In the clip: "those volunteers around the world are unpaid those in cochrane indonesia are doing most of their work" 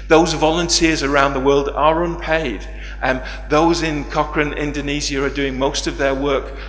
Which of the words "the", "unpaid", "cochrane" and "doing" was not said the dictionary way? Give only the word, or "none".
none